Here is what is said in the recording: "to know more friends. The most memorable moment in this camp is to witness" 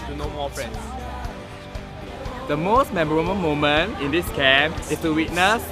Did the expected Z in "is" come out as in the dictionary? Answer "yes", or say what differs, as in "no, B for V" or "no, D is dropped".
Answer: no, S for Z